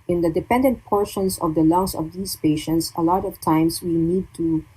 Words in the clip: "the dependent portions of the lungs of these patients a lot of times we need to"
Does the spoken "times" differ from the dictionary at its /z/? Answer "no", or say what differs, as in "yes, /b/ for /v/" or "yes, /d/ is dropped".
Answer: yes, /s/ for /z/